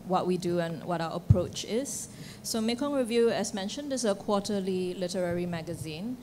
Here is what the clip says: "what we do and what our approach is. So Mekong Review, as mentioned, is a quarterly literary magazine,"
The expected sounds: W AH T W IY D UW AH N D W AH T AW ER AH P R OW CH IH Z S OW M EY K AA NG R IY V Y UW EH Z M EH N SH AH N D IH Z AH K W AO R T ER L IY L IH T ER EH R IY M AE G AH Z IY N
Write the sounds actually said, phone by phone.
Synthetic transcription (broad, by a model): W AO T W IY D UW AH N W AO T AW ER AH P R OW CH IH S OW M EY K AA NG R IY V Y UW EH S M EH N SH AH N D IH S AH K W AO T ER L IY L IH T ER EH R IY M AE G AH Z IY N